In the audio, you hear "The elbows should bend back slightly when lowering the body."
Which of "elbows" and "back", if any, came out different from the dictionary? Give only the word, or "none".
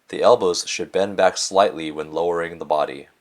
none